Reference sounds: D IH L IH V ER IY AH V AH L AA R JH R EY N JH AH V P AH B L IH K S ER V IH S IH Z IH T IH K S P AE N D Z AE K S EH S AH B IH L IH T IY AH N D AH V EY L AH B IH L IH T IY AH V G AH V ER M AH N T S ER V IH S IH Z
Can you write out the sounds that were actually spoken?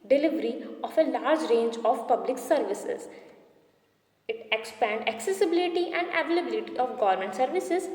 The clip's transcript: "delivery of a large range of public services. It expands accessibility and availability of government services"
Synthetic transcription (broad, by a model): D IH L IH V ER IY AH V AH L AA R JH R EY N JH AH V P AH B L IH K S ER V IH S IH Z IH T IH K S P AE N D AE K S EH S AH B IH L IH T IY AH N D AH V EY L AH B IH L IH T IY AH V G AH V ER M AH N T S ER V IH S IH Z